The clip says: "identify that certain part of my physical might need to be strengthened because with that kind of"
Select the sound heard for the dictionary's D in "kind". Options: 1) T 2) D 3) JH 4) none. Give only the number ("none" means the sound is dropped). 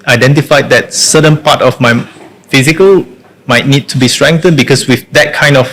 2